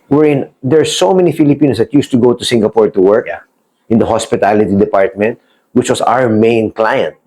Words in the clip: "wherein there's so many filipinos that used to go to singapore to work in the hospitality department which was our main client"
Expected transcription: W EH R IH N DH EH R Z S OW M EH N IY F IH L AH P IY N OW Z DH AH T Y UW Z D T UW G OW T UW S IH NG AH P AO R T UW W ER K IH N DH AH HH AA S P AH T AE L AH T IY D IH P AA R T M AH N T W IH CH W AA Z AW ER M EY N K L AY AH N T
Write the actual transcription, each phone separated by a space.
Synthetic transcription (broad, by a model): W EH R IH N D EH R S OW M EH N IY F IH L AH P IY N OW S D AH T Y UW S T UW G OW T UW S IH NG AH P AO R T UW W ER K IH N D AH HH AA S P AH T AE L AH T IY D IH P AA R T M AH N T W IH CH W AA S AW ER M EY N K L AY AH N T